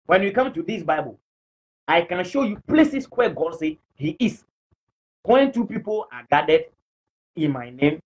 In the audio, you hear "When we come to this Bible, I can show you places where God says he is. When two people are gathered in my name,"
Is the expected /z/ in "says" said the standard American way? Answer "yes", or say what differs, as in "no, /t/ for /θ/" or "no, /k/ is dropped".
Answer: no, /z/ is dropped